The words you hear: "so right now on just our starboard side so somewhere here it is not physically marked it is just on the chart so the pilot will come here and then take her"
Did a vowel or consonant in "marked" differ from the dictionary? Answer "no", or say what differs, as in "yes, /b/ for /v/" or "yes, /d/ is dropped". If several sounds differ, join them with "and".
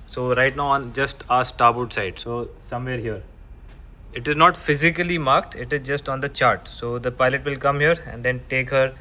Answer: no